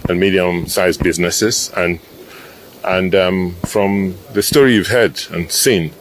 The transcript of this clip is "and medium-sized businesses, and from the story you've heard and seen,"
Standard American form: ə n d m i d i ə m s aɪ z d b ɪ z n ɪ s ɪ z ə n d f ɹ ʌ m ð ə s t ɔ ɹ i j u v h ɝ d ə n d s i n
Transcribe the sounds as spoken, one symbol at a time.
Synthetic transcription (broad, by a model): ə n m i d i ə m s aɪ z b ɪ z n ɪ s ɪ z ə n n f ɹ ʌ m ð ə s t ɔ ɹ i j u v h ɝ d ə n s i n